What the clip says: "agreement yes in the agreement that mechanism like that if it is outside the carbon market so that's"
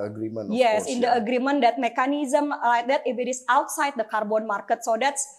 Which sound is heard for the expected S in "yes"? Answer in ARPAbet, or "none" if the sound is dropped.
S